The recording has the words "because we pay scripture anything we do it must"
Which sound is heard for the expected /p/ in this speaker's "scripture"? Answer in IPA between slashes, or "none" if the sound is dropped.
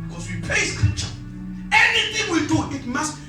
none